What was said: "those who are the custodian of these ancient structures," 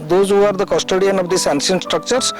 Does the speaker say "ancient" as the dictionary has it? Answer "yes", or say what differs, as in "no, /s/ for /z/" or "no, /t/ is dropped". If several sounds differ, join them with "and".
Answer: no, /s/ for /ʃ/